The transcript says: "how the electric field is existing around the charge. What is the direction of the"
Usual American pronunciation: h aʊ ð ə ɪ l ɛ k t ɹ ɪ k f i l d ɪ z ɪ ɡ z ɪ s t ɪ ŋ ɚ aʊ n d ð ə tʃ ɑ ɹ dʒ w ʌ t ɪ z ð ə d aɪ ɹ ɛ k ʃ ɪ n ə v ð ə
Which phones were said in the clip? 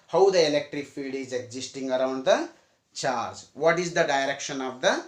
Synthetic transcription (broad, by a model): h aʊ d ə ɪ l ɛ k t ɹ ɪ k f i d ɪ z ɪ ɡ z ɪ s t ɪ ŋ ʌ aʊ n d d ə tʃ ɑ ɹ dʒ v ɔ t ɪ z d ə d aɪ ɹ ɛ k ʃ ɪ n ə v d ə